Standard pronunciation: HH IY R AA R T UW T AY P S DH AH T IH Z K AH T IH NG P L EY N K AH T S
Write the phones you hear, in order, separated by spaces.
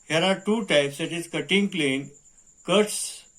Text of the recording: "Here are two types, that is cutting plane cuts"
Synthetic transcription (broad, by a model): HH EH R AA R T UW T AY P S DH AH T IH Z K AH T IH NG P L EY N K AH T S